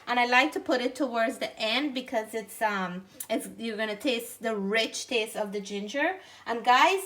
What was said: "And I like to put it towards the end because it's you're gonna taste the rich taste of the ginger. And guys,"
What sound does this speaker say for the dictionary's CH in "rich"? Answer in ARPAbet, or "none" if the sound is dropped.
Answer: CH